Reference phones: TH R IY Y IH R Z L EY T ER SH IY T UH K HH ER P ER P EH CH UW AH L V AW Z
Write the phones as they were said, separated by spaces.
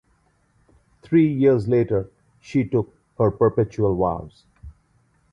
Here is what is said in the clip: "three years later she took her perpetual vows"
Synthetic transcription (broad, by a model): T R IY Y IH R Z L EY T ER SH IY T UH K HH ER P ER P EH CH UW AH L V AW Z